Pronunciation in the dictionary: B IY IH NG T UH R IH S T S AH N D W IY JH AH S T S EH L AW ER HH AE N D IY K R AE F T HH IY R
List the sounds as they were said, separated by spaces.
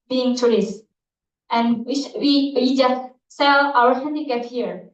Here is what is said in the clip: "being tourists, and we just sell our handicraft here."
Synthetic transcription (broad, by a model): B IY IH NG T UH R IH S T AH N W W IY JH AH S T S EH L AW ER HH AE N D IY K AE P HH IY R